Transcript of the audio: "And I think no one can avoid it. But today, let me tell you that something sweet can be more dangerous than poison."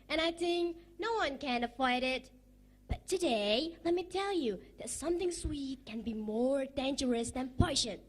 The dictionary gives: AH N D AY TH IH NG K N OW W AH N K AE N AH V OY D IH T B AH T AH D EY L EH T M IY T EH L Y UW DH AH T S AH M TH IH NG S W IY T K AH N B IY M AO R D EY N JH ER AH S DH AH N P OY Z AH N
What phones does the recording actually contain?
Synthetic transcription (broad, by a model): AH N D AY TH IH NG K N OW W AH N K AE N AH IH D IH T B AH T AH D EY L EH T M IY T EH L Y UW DH AH T S AH M TH IH NG S W IY T K AH N B IY M AO R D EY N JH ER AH S DH AH N P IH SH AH N